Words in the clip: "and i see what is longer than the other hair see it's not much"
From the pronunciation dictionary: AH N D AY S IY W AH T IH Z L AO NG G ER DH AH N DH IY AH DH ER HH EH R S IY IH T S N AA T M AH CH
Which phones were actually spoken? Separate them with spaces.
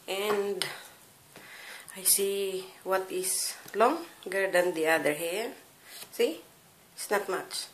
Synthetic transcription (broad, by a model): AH N D AY S IY W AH T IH S L AO NG G ER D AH N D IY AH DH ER HH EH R S IY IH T S N AA T M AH CH